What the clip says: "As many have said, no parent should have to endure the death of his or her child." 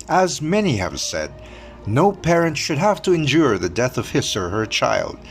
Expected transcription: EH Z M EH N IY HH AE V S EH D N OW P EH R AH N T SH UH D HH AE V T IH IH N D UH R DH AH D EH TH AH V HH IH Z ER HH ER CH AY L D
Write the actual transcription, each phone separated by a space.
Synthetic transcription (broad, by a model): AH Z M EH N IY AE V S EH D N OW P EH R AH N T SH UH D HH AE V T IH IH N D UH R DH AH D EH TH AH V HH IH S ER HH ER CH AY L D